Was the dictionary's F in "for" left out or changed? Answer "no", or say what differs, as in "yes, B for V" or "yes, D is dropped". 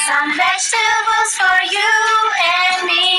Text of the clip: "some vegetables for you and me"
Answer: no